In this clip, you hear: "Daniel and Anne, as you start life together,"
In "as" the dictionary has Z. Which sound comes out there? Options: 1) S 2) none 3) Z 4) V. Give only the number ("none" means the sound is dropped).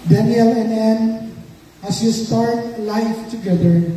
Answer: 1